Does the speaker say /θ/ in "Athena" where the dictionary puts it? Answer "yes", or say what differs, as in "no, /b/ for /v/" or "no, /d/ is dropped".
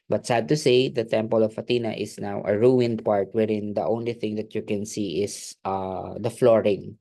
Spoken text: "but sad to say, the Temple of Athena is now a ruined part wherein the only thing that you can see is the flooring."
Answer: no, /t/ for /θ/